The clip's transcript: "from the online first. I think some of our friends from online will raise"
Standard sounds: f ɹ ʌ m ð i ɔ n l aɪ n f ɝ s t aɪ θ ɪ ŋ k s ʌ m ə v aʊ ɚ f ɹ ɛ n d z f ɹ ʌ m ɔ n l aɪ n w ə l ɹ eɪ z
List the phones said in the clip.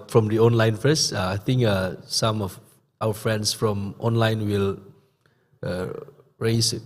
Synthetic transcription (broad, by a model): f ɹ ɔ m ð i ɔ n l aɪ n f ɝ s aɪ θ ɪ ŋ k s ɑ m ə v aʊ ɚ f ɹ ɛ n d s f ɹ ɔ m ɔ n l aɪ n w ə l ɹ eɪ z